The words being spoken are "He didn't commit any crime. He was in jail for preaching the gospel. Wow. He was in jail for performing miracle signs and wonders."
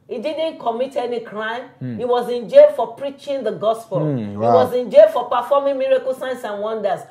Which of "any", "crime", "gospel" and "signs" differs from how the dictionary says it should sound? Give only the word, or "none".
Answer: signs